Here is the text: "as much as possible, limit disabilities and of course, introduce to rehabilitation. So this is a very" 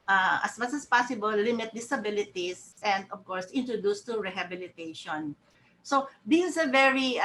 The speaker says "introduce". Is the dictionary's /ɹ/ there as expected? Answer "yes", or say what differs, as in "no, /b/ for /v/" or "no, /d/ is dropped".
yes